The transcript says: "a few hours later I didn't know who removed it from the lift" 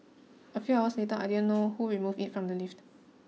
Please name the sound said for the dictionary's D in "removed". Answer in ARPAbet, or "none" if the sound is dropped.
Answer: none